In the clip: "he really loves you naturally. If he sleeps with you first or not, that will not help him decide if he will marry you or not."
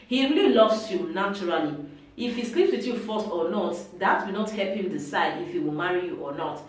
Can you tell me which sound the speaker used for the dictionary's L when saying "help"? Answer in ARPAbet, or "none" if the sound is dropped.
L